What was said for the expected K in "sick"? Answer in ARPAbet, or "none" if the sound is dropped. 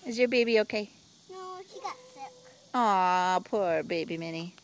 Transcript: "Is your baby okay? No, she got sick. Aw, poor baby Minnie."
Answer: none